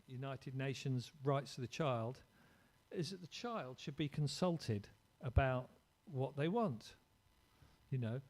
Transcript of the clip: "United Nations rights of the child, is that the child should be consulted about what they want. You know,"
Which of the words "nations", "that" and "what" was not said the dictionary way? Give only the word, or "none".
none